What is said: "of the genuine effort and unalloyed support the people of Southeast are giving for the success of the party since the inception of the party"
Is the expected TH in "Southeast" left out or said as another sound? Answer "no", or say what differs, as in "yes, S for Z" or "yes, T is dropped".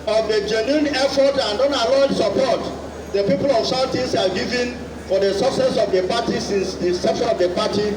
yes, T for TH